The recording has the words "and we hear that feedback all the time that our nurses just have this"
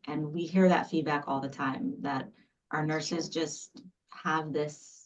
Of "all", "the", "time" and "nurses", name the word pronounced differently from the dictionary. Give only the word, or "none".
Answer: none